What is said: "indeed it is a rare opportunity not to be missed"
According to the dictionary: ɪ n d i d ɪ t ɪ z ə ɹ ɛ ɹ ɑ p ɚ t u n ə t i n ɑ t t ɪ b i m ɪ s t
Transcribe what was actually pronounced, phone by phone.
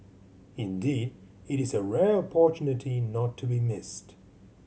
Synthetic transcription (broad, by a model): ɪ n d i d ɪ t ɪ z ə ɹ ɛ ɹ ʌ p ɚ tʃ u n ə t i n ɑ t t ɪ b i m ɪ s t